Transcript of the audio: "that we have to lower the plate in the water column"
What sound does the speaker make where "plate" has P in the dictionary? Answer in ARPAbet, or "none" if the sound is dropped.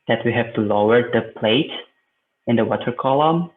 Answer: P